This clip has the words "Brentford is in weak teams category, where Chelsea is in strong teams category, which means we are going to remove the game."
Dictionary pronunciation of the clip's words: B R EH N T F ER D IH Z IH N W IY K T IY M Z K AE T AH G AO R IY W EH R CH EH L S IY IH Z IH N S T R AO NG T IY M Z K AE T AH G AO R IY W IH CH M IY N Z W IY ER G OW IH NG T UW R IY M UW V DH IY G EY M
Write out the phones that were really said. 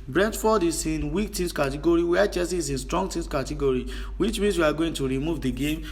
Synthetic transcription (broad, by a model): B R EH N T F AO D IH S IH N W IY K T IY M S K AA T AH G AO R IY W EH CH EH S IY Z IH N S T R AO NG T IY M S K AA T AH G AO R IY W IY CH M IY N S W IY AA G OW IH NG T UW R IY M UW V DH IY G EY M